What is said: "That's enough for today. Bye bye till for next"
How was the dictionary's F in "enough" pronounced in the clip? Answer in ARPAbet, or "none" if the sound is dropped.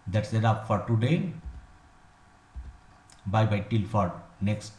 P